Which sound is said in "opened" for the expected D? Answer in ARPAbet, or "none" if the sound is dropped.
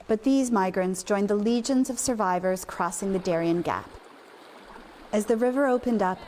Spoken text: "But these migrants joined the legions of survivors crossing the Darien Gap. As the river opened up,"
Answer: D